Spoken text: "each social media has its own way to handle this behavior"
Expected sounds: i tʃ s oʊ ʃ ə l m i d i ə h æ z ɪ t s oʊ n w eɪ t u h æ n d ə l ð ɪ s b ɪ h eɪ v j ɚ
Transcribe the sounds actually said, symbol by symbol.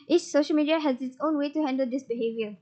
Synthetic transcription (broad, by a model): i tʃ s oʊ ʃ ə l m i d i ə h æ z ɪ t s oʊ n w eɪ t u h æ n d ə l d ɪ s b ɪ h eɪ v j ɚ